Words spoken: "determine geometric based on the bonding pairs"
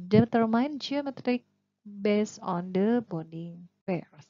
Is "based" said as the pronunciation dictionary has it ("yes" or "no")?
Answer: no